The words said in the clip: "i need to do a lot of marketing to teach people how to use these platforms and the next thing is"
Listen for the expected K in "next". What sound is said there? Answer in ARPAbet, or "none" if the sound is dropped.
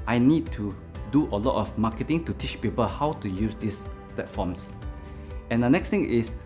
K